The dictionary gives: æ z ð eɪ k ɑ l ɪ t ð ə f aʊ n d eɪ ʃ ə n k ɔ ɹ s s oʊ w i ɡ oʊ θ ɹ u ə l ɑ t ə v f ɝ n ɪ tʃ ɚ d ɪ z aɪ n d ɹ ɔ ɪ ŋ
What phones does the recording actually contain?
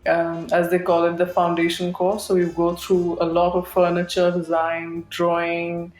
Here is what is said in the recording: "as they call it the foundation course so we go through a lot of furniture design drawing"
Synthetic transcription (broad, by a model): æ z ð eɪ k ɑ l ɪ t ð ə f aʊ n d eɪ ʃ ə n k ɔ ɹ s s oʊ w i ɡ oʊ t ɹ u ə l ɑ t ə v f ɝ n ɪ tʃ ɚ d ɪ z aɪ n d ɹ ɔ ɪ ŋ